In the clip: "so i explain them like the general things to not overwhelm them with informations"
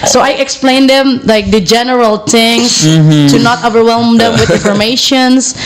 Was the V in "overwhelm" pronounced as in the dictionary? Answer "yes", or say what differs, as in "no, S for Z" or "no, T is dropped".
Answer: yes